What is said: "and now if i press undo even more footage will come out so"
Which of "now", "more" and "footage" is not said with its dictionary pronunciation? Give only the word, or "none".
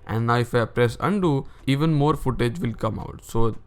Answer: none